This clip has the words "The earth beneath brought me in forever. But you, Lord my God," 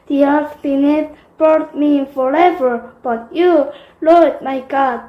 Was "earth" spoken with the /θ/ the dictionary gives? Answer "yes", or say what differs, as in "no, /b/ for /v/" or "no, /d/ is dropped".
no, /f/ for /θ/